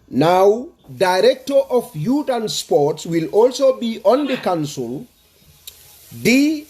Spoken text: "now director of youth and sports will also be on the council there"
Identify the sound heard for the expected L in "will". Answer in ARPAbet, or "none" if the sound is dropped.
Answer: L